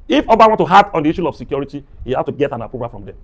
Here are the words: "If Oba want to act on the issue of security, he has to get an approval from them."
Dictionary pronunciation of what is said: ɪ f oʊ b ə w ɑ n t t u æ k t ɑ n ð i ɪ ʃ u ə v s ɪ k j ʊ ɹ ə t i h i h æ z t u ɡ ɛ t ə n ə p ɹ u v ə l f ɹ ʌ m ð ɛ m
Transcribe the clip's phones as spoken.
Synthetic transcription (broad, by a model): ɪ f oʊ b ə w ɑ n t t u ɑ t ɑ n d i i ʃ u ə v s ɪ k j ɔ ɹ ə t i h i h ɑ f t u ɡ ɛ t ə n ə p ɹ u p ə f ɹ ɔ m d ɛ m